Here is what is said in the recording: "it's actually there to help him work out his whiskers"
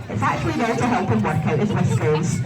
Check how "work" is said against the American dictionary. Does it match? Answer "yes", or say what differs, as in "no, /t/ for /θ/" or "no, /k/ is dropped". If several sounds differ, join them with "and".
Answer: yes